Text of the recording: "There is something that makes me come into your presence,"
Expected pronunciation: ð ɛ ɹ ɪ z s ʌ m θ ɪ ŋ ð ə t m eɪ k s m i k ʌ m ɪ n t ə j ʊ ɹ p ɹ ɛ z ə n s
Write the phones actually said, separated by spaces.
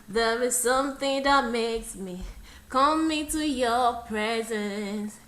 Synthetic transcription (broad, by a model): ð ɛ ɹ ɪ z s ʌ m θ ɪ ŋ ð ə t m eɪ k s m i k ʌ m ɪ t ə j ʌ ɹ p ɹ ɛ z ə n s